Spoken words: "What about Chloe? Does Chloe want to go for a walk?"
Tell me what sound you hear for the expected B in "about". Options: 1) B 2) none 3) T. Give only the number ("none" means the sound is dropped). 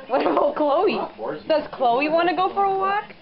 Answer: 2